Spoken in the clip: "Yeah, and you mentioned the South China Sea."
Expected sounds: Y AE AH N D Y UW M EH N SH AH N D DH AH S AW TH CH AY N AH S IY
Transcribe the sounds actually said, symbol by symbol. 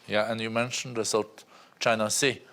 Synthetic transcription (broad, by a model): Y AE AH N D Y UW M EH N SH AH N D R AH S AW T CH AY N AH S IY